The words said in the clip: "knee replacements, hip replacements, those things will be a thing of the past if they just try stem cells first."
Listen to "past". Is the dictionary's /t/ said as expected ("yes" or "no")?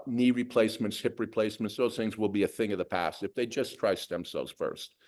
yes